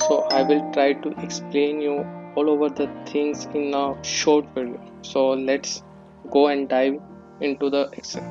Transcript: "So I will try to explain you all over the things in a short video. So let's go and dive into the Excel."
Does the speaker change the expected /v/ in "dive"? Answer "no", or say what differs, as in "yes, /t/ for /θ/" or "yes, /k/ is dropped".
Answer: no